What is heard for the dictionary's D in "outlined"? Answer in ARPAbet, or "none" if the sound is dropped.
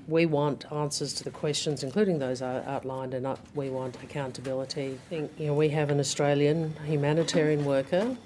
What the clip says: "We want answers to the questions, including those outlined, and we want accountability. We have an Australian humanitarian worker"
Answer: D